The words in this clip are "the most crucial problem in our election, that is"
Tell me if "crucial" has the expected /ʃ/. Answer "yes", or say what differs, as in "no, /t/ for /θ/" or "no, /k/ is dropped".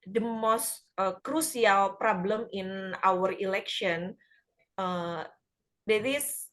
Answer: no, /s/ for /ʃ/